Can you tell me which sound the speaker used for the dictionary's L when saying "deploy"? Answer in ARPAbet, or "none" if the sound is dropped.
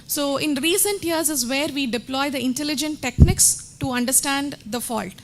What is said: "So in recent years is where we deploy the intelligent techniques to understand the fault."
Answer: L